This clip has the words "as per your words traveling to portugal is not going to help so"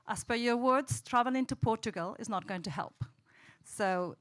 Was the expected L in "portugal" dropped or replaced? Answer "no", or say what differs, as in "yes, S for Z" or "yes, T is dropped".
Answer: no